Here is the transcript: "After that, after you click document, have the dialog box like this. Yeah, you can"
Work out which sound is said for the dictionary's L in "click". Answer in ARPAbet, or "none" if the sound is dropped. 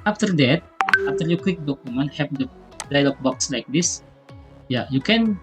W